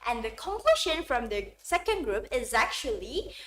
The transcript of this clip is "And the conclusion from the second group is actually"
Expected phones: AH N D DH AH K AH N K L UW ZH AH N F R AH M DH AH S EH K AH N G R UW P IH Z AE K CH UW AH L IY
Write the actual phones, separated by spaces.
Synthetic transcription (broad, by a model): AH N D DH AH K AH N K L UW SH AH N F R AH M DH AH S EH K AH N G R UW P IH Z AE K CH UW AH L IY